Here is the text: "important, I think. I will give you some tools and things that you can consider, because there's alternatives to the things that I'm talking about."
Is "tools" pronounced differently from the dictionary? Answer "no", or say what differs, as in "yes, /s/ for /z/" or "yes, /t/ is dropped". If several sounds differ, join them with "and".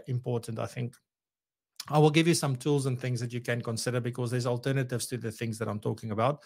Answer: no